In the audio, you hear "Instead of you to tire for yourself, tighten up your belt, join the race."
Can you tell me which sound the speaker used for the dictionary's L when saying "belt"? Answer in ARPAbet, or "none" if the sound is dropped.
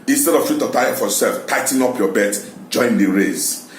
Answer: none